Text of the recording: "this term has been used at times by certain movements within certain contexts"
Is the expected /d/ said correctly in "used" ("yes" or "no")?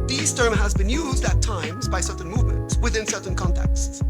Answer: yes